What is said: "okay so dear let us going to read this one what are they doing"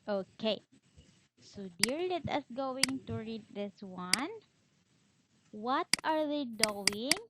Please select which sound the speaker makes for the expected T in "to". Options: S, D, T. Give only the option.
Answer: T